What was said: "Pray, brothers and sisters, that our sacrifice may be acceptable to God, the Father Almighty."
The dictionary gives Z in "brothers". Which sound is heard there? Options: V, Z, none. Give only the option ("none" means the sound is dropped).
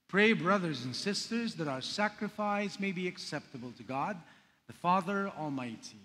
Z